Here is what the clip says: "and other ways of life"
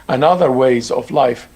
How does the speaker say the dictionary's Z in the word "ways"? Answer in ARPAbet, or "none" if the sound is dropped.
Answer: Z